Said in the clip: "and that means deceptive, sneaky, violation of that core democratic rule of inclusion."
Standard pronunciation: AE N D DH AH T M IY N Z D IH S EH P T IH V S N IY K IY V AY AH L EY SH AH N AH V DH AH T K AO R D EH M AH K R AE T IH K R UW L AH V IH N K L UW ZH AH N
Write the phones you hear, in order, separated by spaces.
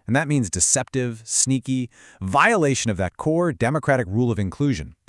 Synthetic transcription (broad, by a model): N DH AH T M IY N Z D IH S EH P T IH V S N IY K IY V AY AH L EY SH AH N AH V DH AH T K AO R D EH M AH K R AE T IH K R UW L AH V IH N K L UW ZH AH N